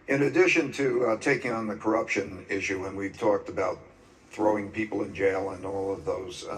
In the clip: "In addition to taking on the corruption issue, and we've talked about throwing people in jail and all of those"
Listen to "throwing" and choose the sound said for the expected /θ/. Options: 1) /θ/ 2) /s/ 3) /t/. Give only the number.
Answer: 1